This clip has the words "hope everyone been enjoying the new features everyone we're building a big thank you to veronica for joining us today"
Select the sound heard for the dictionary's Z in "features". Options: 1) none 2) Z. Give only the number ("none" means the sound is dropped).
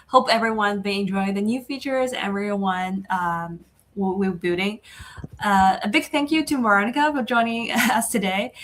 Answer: 2